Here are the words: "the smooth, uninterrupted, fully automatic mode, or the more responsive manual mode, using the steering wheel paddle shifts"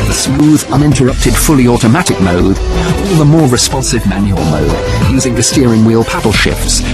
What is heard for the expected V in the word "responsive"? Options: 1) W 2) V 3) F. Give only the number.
2